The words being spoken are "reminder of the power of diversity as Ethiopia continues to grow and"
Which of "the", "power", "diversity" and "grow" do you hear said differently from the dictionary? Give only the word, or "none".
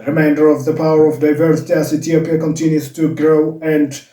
none